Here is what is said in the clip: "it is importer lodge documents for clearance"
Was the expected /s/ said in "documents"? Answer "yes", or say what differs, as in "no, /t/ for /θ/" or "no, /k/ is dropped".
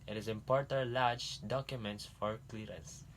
yes